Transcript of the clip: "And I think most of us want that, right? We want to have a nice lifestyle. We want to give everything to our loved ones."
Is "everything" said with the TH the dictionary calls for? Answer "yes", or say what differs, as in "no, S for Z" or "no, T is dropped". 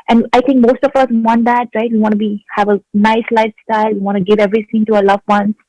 no, T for TH